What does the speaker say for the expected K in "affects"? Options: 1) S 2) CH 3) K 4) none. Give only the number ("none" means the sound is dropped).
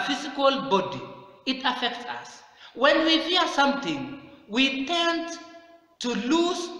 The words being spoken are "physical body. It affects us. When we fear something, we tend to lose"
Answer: 3